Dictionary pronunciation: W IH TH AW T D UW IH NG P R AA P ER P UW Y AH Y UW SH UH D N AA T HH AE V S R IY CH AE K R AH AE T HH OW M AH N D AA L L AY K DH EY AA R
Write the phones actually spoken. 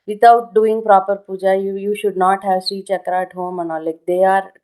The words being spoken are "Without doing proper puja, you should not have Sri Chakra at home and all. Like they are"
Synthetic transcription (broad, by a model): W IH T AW T D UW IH NG P R AA P ER P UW Y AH Y UW SH UH D N AA T HH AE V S IY CH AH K R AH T HH OW M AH N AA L L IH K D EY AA R